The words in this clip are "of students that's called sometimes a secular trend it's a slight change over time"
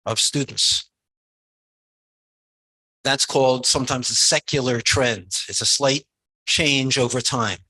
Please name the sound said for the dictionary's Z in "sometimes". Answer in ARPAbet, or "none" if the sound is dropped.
Z